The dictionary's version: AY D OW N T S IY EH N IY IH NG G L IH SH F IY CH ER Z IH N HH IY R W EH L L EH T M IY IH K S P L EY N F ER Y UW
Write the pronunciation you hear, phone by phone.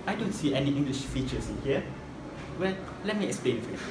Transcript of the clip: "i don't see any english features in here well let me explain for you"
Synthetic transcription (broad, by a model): AY D OW N T S IY EH N IY IH NG G L IH SH F IY CH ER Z IH N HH IY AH W EH L L EH T M IY IH K S P L EY N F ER